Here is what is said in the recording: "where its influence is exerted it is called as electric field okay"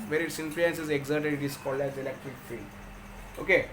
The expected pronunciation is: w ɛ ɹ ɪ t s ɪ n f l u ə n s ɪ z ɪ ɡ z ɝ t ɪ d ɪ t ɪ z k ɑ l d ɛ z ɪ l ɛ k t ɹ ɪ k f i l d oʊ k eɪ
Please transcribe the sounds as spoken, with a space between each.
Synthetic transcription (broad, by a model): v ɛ ɹ ɪ t s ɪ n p l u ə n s ɪ z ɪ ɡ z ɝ t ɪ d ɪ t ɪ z k ɑ l d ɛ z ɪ l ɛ k t ɹ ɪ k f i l oʊ k eɪ